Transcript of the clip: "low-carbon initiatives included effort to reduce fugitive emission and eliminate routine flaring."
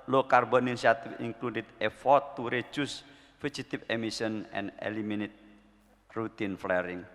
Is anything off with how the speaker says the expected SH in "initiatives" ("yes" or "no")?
yes